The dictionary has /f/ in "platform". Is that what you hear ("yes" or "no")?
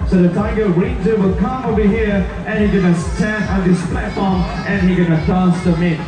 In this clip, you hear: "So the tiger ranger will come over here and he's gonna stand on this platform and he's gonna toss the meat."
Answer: yes